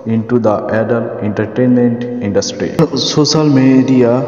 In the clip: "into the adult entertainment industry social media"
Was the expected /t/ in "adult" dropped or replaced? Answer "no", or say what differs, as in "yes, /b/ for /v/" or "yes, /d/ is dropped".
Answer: yes, /t/ is dropped